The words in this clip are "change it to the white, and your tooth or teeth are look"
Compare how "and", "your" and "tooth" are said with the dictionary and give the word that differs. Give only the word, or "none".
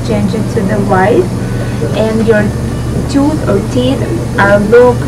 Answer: tooth